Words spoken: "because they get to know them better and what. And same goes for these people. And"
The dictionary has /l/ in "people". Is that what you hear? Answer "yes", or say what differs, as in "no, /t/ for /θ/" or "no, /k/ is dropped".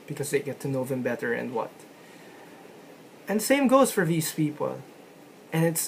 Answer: no, /n/ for /l/